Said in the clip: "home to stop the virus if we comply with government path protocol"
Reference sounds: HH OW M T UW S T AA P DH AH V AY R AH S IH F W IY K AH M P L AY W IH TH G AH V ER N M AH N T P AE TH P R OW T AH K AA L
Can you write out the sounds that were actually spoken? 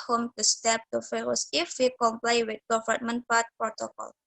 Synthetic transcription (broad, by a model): HH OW M T UW S T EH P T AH F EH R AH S IH F W IY K AH M P L AY W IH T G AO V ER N M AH N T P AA T P R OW T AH K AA L